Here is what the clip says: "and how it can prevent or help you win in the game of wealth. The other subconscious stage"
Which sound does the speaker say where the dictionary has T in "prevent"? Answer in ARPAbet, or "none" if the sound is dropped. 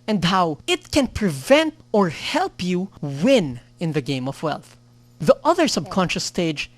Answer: T